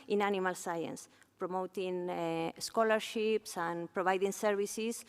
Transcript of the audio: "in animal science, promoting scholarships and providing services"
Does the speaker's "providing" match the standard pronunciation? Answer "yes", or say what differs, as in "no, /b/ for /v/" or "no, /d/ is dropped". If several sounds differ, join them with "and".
no, /b/ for /v/